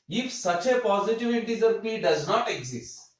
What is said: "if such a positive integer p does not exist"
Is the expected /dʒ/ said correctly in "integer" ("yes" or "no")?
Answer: no